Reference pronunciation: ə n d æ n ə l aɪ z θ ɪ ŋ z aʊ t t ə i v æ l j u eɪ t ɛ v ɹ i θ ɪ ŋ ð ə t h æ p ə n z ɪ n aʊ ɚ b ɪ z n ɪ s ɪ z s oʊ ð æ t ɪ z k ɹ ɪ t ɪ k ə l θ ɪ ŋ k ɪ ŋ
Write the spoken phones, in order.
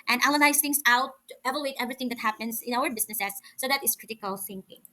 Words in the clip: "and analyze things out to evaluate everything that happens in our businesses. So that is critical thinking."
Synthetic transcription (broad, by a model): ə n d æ l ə n aɪ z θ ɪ ŋ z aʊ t t ə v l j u eɪ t ɛ v ɹ i θ ɪ ŋ ð ə t h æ p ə n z ɪ n aʊ ɚ b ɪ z n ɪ s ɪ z s oʊ ð æ t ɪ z k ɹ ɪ t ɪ k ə l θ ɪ ŋ k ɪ ŋ